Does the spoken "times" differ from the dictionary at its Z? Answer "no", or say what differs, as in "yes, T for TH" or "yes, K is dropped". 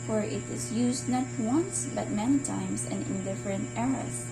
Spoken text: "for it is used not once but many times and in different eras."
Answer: yes, S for Z